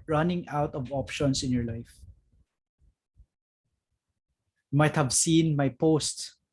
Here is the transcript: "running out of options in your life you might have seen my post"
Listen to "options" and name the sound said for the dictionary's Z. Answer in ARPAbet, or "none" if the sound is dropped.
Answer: S